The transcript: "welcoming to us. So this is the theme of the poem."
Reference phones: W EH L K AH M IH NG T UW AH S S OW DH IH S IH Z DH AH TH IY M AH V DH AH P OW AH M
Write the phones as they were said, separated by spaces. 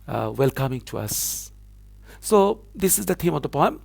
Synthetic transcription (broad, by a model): W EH L K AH M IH NG T UW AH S S OW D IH S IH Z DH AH T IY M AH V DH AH P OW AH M